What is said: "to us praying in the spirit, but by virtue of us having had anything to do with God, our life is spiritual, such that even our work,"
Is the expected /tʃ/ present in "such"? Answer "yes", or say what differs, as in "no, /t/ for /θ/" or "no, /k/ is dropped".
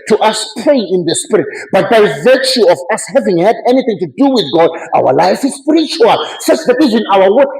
no, /s/ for /tʃ/